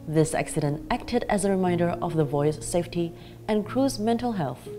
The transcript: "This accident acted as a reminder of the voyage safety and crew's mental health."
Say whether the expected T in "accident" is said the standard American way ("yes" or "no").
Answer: yes